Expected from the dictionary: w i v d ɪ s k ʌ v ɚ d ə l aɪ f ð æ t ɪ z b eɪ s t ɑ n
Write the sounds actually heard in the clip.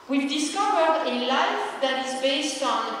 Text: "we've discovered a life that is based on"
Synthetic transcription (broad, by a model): w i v d ɪ s k ʌ v ɚ d ə l aɪ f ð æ t ɪ z b eɪ s t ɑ n